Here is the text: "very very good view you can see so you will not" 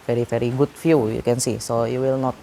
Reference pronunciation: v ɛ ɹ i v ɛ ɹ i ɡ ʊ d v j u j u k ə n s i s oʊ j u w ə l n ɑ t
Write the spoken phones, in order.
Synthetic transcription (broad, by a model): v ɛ ɹ i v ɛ ɹ i ɡ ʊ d f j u j u k ə n s i s oʊ j u w ə l n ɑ t